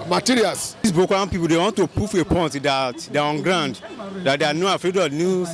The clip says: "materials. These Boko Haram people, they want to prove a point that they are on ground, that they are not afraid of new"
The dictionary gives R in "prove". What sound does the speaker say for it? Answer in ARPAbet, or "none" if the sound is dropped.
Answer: none